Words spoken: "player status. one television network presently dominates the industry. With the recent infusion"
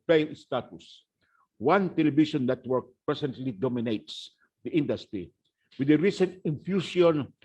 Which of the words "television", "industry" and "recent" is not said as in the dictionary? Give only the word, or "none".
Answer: television